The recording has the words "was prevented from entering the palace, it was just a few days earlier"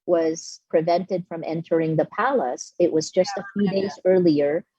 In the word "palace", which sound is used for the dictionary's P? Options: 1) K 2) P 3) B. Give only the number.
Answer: 2